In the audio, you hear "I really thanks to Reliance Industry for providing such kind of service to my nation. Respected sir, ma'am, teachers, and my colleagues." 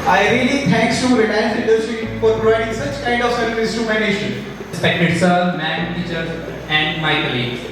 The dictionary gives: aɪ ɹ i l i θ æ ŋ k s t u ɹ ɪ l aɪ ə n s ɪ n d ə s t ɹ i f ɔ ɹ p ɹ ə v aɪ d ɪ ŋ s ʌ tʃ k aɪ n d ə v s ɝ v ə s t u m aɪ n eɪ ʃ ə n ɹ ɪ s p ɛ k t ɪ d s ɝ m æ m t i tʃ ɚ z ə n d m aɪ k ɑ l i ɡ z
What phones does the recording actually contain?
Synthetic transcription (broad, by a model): aɪ ɹ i l i t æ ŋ k s t u ɹ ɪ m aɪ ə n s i d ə t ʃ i f ɔ ɹ p ɹ ə v aɪ d ɪ ŋ s ʌ tʃ k aɪ n d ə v s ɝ ə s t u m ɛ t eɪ ʃ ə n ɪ s p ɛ k t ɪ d s ɝ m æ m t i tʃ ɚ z ə n d m aɪ k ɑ l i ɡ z